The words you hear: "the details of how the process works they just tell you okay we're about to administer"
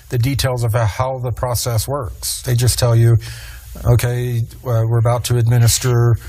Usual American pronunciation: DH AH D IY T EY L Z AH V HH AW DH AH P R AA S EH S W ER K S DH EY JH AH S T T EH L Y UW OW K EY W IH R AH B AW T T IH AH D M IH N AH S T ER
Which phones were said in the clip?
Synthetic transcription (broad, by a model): DH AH D IY T EY L Z AH V HH AW DH AH P R AA S EH S W ER K S DH EY JH AH S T T EH L Y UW OW K EY W IH R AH B AW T T IH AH D M IH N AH S T ER